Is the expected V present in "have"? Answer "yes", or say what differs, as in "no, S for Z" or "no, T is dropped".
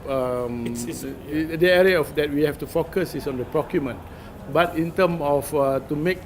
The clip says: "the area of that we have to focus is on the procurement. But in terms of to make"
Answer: no, F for V